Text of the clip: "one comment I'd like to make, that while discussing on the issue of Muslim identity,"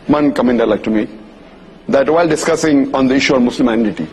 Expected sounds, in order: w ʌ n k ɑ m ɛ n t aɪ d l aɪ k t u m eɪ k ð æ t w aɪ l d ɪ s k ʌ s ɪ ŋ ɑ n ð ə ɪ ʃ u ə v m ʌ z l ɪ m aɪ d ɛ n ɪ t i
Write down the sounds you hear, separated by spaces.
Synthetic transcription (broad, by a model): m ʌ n k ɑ m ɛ n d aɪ l aɪ k t u m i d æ t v aɪ l d ɪ s k ʌ s ɪ ŋ ɑ n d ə ɪ ʃ u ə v m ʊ s l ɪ m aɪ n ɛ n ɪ t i